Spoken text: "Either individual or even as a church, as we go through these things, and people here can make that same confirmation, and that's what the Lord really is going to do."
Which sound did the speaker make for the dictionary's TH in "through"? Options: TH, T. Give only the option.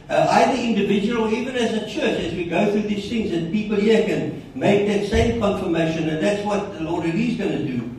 TH